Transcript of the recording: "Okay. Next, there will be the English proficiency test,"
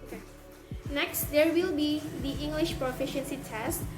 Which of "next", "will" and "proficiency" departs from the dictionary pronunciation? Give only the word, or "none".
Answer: none